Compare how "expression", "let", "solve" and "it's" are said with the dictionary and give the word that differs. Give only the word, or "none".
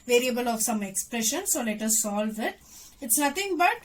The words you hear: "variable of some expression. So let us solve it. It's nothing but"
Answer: none